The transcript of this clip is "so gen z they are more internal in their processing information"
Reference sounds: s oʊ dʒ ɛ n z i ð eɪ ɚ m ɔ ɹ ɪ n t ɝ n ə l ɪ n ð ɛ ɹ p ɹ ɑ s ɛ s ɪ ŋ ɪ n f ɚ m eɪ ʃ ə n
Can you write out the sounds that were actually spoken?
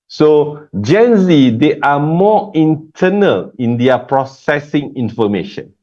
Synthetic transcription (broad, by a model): s oʊ dʒ ɛ n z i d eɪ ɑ m ɔ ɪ n t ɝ n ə l ɪ n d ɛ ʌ p ɹ ɑ s ɛ s ɪ ŋ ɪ n f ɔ m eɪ ʃ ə n